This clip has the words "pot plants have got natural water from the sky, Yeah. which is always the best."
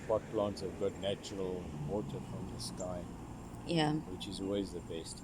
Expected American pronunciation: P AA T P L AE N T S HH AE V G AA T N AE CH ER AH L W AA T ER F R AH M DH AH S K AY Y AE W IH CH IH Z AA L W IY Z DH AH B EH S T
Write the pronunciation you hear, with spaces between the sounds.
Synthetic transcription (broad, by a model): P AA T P L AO N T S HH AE V G AA T N AE CH ER AH L W AA T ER F R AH M DH AH S K AY Y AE W IH CH IH Z AA L W IY Z DH AH B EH S T